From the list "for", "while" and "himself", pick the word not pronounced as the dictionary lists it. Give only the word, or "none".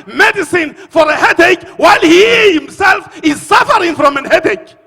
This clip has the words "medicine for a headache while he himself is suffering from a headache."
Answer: none